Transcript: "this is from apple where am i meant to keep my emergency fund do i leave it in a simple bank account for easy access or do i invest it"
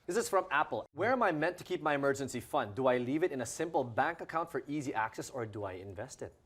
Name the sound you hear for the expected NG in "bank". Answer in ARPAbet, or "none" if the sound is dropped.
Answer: NG